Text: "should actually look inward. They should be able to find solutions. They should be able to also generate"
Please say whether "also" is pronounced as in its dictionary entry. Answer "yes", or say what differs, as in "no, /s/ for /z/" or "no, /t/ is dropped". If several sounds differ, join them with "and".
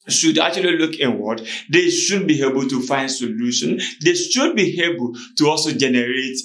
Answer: yes